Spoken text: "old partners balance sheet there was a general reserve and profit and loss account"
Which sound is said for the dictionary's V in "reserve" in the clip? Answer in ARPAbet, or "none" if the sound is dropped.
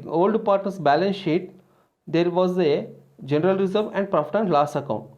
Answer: V